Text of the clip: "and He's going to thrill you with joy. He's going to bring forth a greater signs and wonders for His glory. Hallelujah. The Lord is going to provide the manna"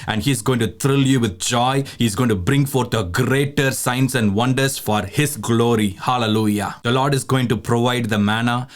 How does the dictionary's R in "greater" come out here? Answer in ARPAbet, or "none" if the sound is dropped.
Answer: R